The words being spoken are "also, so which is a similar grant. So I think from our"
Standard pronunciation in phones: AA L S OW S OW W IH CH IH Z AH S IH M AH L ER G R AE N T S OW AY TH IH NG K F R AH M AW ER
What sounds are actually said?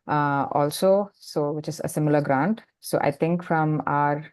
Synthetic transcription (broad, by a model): AA L S OW S OW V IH CH IH Z AH S IH M AH L ER G R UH N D S OW AY T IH NG K F R AH M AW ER